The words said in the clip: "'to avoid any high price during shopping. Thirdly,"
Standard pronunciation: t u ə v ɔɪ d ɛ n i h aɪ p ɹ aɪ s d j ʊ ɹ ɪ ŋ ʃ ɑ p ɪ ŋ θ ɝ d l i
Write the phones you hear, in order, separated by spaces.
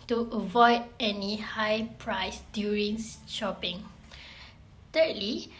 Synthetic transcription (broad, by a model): t u ə v ɔɪ d ɛ n i h aɪ p ɹ aɪ s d j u ɹ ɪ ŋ ʃ ɑ p ɪ ŋ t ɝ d l i